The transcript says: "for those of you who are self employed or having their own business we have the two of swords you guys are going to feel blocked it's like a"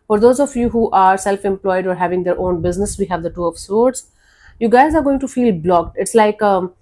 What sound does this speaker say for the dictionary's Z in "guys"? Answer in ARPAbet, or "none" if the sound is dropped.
Z